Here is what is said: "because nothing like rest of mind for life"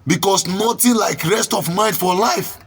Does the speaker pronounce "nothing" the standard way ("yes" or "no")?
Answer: no